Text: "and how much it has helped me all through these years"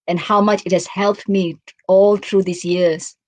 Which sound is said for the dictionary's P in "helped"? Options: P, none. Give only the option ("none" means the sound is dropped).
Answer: P